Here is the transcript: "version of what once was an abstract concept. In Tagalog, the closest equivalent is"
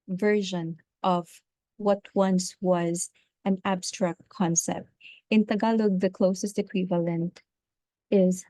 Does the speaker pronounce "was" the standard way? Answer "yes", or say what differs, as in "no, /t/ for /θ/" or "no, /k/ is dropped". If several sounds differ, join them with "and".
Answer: yes